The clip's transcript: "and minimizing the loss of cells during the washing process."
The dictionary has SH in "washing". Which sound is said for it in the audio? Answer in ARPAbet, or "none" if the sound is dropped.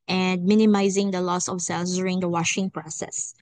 SH